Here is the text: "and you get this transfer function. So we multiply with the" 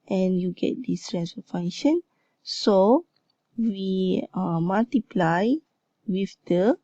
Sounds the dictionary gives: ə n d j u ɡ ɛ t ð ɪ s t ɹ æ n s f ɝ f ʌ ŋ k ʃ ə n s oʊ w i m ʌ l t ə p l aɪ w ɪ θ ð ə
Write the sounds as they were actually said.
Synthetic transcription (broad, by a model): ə n j u ɡ ɛ t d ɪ s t ɹ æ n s ɝ f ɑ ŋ ʃ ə n s oʊ w i m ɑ l t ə p l aɪ w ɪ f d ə